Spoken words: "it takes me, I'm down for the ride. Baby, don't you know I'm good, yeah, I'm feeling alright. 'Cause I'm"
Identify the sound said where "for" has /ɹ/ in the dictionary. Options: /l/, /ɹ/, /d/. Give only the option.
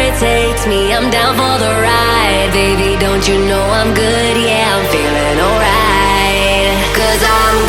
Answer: /l/